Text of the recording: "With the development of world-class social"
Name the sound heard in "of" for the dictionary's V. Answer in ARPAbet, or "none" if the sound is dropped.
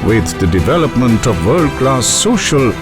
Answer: V